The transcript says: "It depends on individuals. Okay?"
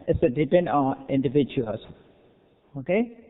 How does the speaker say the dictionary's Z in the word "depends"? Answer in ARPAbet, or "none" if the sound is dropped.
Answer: none